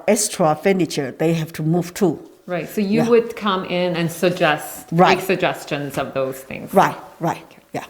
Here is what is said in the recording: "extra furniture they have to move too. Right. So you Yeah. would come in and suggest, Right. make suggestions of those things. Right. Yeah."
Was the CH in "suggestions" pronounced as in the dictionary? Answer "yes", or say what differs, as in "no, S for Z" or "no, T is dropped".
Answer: yes